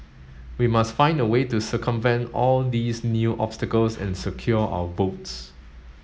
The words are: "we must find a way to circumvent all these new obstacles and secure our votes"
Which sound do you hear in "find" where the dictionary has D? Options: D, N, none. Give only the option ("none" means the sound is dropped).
D